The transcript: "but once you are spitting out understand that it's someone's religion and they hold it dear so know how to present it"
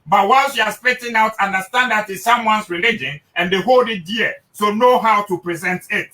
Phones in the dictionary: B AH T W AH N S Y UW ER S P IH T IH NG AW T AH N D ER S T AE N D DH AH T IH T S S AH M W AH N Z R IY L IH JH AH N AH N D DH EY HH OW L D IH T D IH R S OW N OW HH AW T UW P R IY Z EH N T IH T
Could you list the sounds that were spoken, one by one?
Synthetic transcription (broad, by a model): B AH T W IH L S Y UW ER S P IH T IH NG AW T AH N D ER S T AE N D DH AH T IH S S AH M W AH N S R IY L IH JH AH N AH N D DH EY HH OW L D IH T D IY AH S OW N OW HH AW T UW P R IY Z EH N T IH T